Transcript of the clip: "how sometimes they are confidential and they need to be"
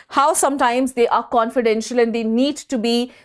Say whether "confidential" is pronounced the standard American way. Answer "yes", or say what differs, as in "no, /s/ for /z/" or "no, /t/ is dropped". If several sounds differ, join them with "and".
yes